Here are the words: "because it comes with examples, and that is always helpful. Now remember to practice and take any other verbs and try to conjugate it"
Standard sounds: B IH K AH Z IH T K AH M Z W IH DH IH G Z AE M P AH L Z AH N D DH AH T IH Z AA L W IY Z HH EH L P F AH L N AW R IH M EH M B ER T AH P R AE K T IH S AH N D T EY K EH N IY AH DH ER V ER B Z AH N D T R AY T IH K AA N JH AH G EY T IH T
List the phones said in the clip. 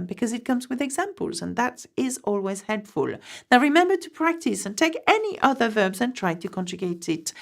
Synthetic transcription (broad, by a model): B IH K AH Z IH T K AH M Z W IH DH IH G Z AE M P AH L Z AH N DH AH T IH Z AA L W IY Z HH EH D F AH L N AW R IH M EH M B ER T AH P R AE K T IH S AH N T EY K EH N IY AH DH ER V ER B Z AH N T R AY T IH K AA N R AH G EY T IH T